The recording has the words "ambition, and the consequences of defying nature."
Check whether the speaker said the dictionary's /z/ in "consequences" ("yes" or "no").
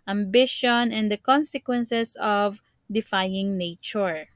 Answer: no